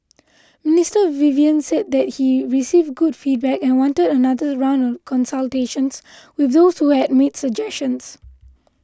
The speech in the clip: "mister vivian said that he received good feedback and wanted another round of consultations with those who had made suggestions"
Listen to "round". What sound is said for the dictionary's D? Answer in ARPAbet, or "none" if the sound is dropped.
none